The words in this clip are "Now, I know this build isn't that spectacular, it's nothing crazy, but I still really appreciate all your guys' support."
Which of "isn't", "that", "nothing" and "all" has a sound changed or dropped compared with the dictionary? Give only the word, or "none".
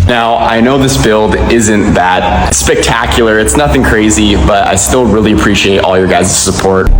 none